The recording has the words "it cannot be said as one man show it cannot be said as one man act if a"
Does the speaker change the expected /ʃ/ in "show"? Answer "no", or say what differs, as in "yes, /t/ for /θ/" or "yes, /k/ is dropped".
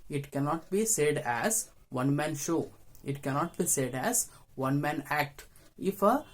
no